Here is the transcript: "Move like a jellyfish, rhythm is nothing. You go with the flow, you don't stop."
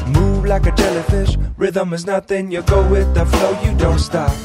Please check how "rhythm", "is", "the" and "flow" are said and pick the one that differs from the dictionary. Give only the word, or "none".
none